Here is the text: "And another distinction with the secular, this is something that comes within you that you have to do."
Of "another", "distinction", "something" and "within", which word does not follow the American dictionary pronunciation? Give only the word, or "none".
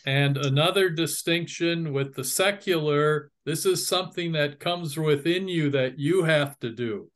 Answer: none